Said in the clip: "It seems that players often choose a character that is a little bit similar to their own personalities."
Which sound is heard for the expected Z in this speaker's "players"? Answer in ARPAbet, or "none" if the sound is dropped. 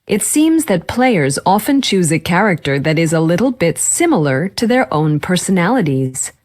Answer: Z